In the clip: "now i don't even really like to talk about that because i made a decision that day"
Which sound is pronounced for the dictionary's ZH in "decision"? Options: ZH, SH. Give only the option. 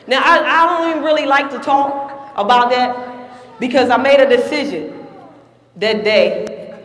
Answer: ZH